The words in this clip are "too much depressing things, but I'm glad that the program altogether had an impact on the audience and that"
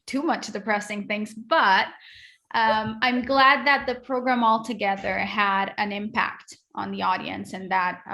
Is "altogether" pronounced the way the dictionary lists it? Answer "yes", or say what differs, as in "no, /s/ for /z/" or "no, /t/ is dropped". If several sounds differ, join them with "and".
yes